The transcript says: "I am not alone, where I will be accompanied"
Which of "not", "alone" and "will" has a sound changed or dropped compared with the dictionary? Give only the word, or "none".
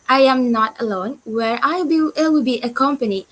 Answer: will